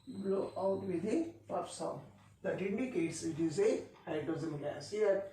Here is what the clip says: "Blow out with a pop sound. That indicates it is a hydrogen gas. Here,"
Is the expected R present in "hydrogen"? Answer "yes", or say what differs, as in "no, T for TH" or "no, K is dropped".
no, R is dropped